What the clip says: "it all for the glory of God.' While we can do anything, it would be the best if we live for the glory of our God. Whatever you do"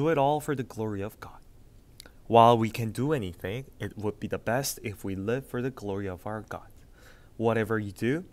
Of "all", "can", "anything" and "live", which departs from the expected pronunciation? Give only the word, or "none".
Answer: none